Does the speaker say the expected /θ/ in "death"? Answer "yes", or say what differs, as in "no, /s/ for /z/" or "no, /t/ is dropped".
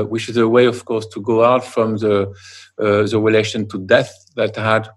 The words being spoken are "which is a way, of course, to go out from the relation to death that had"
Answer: yes